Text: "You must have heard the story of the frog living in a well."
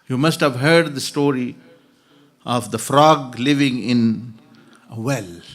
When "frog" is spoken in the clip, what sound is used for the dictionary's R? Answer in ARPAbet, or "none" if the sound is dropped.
R